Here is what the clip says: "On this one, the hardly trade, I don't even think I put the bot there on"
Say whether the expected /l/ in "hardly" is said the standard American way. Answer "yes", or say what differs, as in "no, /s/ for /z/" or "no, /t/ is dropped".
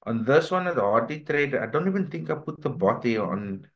no, /l/ is dropped